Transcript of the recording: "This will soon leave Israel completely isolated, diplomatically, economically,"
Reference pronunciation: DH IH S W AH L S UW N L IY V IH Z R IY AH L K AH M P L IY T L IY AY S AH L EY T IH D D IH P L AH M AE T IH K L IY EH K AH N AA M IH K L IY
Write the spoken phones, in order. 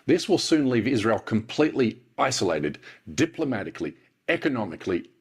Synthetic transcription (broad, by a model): DH IH S W AH L S UW N L IY V IH Z R IY AH L K AH M P L IY T L IY AY S AH L EY T IH D D IH P L AH M AE T IH K L IY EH K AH N AA M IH K L IY